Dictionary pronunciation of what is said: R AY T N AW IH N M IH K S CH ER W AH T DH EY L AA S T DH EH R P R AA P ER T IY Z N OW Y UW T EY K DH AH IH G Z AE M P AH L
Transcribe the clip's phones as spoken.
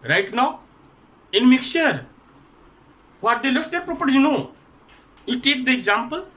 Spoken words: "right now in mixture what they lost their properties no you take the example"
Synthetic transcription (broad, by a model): R AY T N AW IH N M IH K CH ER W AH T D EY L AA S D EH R P R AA P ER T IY N OW Y UW T EY K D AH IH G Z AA M P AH L